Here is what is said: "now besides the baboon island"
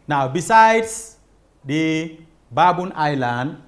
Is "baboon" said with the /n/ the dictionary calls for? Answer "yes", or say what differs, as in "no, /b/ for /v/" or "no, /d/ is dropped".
yes